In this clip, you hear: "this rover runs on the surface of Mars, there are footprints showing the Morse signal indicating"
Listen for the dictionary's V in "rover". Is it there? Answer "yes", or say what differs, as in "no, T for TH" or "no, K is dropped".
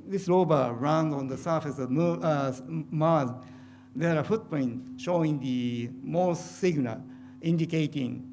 no, B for V